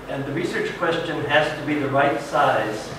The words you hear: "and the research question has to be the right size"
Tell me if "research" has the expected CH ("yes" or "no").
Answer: yes